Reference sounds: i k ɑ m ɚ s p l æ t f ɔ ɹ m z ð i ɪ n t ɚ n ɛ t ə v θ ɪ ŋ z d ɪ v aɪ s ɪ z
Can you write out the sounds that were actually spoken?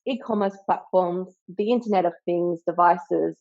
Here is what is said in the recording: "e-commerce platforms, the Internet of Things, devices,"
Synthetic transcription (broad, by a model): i k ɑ m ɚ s p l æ t f ɔ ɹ m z ð i ɪ n t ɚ n ɛ t ə v θ ɪ ŋ z d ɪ v aɪ s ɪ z